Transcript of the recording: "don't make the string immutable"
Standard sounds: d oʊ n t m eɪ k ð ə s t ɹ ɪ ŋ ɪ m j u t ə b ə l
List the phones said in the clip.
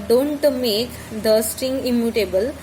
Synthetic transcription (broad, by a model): d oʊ n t m eɪ k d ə s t ɪ ŋ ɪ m j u t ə b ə l